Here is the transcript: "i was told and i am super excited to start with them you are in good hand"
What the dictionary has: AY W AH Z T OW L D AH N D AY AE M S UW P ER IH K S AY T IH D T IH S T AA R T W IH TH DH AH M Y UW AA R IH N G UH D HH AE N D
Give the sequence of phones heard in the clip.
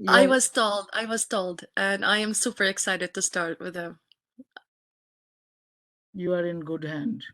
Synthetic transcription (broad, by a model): AY W AH Z T OW L D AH L D AY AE M S UW P ER IH K S AY T IH D T IH S T AA R T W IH DH AH M Y UW AA R IH N G UH D HH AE N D